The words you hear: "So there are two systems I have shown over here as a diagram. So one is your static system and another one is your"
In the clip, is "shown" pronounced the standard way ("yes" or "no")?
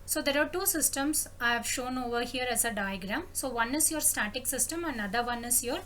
yes